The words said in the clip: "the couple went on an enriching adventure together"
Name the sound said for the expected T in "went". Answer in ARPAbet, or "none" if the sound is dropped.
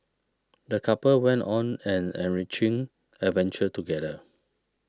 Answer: T